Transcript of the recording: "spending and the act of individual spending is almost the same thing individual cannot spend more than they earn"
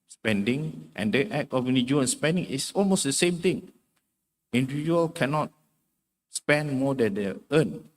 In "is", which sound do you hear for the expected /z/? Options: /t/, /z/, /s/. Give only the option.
/s/